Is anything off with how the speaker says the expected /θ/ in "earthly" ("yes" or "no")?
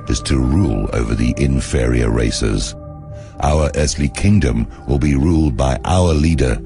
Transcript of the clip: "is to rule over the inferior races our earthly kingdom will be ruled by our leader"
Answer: no